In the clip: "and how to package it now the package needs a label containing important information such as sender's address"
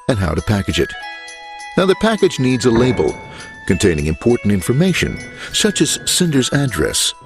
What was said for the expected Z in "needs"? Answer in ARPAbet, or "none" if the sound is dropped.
Z